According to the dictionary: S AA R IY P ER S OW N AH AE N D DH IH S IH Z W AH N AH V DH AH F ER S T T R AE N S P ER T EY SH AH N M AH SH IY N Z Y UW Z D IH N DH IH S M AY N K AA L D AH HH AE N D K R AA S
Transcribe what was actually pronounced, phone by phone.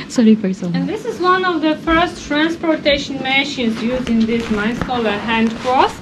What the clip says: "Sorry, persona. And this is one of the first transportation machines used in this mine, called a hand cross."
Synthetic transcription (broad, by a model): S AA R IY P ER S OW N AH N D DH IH S IH Z W AH N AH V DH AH F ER S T T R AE N S P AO T EY SH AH N M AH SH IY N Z Y UW Z D IH N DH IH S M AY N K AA L AH HH AE N D K R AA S